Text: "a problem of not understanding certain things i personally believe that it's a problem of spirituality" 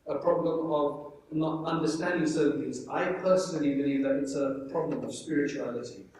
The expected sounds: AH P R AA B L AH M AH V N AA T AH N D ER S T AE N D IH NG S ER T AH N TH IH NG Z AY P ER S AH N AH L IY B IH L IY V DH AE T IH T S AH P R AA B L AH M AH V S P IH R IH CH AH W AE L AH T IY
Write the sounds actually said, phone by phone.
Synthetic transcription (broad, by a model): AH P R AA B L AH M AH V N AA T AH N D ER S T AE N D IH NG S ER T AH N T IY Z AY P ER S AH N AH L IY B IH L IY V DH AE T IH T S AH P R AA B L AH M AH V S P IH R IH CH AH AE L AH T IY